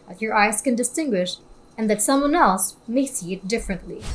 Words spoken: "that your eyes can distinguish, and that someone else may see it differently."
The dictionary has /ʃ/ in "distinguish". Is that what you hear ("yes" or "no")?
yes